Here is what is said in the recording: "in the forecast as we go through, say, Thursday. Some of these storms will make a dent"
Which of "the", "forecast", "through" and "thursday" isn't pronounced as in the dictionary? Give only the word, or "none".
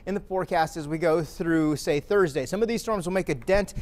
none